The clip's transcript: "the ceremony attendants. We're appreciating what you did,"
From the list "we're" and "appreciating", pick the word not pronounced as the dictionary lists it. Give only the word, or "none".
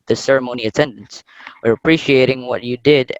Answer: none